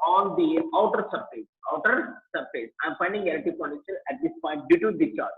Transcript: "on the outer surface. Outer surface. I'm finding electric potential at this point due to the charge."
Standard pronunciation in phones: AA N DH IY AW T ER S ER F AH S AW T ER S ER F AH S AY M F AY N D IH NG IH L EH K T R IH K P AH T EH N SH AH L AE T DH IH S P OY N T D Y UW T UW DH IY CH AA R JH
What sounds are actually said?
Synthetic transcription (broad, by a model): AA N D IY AW T ER S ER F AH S AW T ER S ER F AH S AY M F AY N D IH NG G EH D T IH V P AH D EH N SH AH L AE T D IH S P OY N T D Y UW T UW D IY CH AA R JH